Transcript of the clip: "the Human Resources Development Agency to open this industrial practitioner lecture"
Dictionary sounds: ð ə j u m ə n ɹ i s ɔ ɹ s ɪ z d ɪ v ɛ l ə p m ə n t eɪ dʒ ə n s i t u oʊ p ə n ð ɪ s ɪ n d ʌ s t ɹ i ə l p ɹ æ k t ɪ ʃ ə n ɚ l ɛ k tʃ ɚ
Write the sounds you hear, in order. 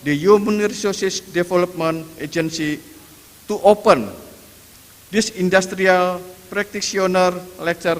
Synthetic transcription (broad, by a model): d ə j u m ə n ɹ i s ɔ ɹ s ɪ s d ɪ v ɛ l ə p m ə n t eɪ dʒ ə n s i t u oʊ p ə n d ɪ s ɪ n d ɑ s t ɹ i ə l p ɹ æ k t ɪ s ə n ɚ l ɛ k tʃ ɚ